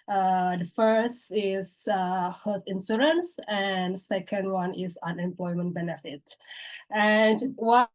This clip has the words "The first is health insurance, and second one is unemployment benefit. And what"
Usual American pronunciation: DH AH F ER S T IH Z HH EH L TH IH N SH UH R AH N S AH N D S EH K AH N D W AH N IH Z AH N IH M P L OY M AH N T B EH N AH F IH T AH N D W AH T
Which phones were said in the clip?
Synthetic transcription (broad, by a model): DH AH F ER S T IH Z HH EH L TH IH N S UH R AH N S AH N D S EH K AH N D W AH N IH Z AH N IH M P L OY M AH N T B EH N AH F IH T AH N D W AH